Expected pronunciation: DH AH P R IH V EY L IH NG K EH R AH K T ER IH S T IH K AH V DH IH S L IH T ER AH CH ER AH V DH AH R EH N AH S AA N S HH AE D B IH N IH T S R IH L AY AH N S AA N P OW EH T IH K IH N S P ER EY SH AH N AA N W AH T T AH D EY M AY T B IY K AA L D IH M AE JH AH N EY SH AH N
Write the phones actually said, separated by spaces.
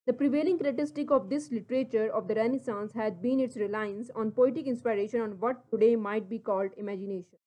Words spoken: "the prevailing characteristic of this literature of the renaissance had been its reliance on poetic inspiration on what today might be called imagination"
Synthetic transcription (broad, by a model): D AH P R IH V EY L IH NG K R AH T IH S T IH K AH V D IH S L IH T ER AH CH ER AH V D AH R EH N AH S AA N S HH AE D B IH N IH T S R IH L AY AH N S AA N P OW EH T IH K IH N S P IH EY SH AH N AA N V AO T T AH D EY M AY T B IY K AA L D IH M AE JH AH N EY SH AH N